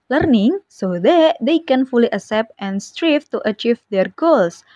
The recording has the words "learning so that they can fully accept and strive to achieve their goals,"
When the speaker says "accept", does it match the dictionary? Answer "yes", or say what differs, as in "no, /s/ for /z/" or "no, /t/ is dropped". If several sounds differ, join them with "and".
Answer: no, /k/ is dropped